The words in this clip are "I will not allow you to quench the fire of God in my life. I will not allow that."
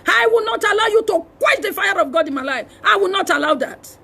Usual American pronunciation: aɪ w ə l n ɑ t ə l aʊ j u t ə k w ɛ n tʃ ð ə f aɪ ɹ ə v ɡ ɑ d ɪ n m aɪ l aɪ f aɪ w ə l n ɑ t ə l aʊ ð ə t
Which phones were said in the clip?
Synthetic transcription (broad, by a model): aɪ w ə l n ɑ t ə l aʊ j u t ə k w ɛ tʃ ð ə f aɪ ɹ ə v ɡ ɑ d ɪ n m aɪ l aɪ f aɪ w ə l n ɑ t ə l aʊ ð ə t